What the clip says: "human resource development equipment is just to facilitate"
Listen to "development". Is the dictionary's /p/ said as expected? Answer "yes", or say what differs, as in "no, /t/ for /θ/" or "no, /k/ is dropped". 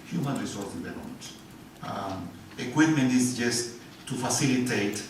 no, /p/ is dropped